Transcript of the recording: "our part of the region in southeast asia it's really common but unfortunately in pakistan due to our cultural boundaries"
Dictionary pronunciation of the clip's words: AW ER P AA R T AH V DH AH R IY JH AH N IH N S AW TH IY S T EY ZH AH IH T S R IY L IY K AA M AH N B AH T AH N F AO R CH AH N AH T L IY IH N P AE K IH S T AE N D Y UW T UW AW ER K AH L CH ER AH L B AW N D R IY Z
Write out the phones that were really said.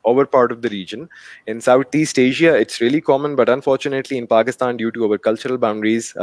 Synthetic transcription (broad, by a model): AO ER P AA R T AH V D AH R IY JH AH N IH N S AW T IY S T EY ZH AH IH T S R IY L IY K AA M AH N B AH T AH N F AO R CH AH N AH T L IY IH N P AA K IH S T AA N D Y UW T UW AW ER K AH L CH ER AH L B AW N D R IY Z